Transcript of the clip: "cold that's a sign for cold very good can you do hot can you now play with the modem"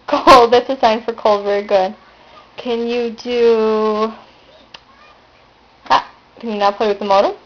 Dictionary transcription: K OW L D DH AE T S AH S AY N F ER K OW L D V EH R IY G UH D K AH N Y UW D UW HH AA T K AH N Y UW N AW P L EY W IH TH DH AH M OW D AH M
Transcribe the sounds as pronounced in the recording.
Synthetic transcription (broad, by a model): K OW L D DH AE T S AH S AY N F ER K OW L D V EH R IY G UH D K AH N Y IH D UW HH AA K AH N Y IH N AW P L EY W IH DH AH M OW D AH